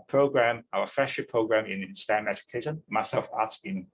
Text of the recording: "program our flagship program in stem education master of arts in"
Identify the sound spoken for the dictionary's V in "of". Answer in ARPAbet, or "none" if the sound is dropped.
F